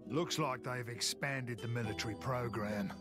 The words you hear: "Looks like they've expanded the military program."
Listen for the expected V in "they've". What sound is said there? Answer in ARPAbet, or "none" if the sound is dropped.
V